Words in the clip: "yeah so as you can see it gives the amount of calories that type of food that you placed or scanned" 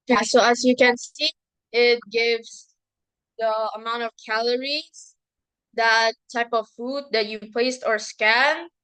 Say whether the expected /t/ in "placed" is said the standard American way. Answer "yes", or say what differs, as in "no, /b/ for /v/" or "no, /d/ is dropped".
yes